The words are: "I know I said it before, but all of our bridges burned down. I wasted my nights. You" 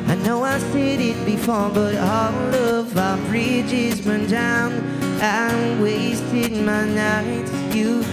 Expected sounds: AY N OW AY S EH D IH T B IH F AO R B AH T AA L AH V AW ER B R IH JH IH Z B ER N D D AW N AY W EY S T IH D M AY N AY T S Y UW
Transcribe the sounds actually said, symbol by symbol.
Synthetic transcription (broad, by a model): AY N OW AY S EH D IH T B IH F AO R B AH T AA L AH V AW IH B R IH JH IH Z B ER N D D AW N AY W EY S T IH D M AY N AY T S Y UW